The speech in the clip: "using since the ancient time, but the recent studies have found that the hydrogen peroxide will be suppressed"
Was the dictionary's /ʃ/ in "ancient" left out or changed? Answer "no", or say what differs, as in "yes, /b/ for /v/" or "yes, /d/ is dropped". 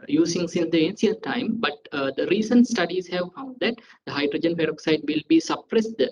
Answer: yes, /s/ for /ʃ/